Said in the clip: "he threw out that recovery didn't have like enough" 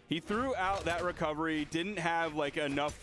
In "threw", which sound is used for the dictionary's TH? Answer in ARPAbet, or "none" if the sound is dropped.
TH